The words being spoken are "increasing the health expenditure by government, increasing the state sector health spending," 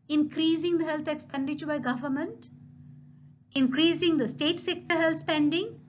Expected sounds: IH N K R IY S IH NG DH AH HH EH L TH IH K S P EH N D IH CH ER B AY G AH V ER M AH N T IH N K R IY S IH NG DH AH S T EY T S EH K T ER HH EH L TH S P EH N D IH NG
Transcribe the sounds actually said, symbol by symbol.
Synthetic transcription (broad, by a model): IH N K R IY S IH NG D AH HH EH L T IH K S P EH N D IH CH ER B AY G AH V ER M AH N T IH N K R IY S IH NG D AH S T EY T S EH K T ER HH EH L T S P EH N D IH NG